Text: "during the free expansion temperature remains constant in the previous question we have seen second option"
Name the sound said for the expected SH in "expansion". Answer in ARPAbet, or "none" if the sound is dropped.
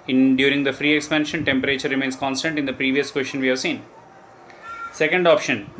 SH